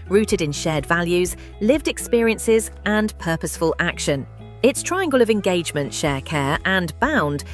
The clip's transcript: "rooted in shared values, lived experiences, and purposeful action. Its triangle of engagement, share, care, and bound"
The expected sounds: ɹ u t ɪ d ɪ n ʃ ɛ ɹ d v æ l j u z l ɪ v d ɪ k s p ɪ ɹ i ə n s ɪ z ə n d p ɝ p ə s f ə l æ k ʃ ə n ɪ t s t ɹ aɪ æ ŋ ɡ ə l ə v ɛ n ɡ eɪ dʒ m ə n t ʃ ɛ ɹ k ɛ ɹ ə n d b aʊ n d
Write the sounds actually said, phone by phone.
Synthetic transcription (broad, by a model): ɹ u t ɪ d ɪ n ʃ ɛ d v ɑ l j u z l ɪ v d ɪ k s p ɪ ɹ i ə n s ɪ z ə n p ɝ p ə s f ə l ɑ k ʃ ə n ɪ t s t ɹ aɪ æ ŋ ɡ ə l ə v ɛ n ɡ eɪ dʒ m ə n t ʃ ɛ k ɛ ɹ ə n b aʊ n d